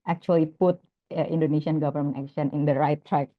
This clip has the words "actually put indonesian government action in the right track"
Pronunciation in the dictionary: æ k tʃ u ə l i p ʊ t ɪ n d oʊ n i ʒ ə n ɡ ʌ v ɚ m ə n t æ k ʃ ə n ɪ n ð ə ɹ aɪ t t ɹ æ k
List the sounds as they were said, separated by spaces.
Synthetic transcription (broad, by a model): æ k tʃ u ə l i p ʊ t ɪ n d oʊ n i s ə n ɡ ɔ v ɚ m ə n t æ k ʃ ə n ɪ n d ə ɹ aɪ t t ɹ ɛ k